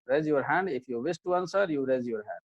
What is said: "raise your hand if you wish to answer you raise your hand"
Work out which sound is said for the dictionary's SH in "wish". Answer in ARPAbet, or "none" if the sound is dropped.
S